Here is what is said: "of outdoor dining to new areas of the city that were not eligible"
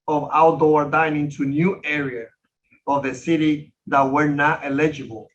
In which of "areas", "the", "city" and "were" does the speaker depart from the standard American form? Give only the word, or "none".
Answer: areas